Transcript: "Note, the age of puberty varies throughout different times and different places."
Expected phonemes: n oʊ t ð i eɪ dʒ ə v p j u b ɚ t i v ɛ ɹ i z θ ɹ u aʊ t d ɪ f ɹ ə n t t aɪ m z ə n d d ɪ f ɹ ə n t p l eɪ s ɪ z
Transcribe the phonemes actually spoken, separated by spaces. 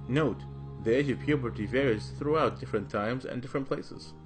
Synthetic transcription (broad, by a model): n oʊ t ð i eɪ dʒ ə v p j u b ɚ t i v ɛ ɹ i z θ ɹ u aʊ t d ɪ f ɹ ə n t t aɪ m z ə n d d ɪ f ɹ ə n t p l eɪ s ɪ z